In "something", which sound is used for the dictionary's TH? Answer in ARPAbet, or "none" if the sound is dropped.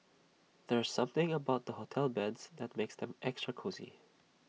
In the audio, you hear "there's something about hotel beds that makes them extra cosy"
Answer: TH